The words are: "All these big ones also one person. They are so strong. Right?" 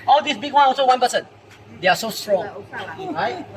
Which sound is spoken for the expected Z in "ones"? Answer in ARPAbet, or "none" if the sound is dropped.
none